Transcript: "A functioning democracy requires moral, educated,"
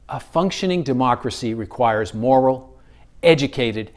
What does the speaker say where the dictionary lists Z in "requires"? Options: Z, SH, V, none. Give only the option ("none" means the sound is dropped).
Z